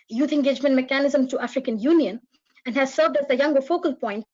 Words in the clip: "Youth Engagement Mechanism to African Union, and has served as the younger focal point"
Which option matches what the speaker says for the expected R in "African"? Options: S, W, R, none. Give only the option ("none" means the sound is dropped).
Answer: R